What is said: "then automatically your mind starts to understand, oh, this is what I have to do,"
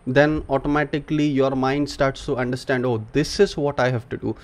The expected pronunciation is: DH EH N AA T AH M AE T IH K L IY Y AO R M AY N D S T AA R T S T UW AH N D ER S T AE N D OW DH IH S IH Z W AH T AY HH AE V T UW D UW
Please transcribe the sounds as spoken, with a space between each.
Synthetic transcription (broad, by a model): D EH N AA T AH M AE T IH K L IY Y AO R M AY N D S T AA R T S T UW AH N D ER S T AE N D OW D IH S IH Z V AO T AY HH AE V T UW D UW